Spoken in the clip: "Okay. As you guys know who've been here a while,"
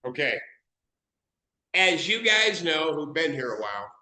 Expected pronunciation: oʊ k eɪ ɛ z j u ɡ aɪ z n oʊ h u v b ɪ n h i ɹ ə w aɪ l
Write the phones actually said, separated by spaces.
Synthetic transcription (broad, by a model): oʊ k eɪ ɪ z j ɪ ɡ aɪ z n oʊ h u v b ɪ n h i ɹ ə w aɪ l